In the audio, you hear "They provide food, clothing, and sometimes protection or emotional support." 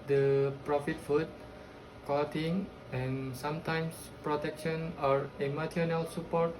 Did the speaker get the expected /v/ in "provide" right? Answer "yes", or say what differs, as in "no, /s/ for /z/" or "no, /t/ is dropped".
no, /f/ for /v/